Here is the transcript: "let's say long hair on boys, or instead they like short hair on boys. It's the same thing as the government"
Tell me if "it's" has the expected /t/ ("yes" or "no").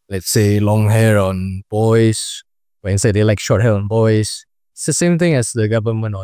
no